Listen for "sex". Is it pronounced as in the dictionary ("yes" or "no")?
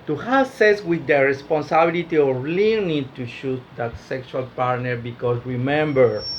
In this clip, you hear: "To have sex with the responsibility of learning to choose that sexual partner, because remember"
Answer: no